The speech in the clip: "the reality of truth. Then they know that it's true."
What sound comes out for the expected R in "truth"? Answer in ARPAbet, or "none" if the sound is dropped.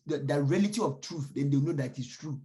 R